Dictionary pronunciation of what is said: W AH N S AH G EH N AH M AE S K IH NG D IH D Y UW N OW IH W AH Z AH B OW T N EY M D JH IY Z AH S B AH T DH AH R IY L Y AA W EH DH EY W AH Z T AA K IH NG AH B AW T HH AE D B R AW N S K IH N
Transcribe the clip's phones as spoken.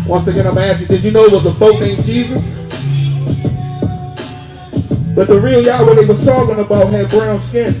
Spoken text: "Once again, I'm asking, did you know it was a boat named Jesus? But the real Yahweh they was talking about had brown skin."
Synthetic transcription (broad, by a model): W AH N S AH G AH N AH M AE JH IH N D IH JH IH N OW IH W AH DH AH B OW T N EY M JH IY Z AH S B AH T DH AH R IY L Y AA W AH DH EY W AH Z S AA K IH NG AH B AW T HH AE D B R AW N S K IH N